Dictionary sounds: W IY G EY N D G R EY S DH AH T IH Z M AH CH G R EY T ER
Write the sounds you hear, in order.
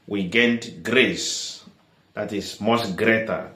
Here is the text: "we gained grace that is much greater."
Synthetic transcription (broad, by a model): W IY G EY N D G R EY S DH AH T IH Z M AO S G R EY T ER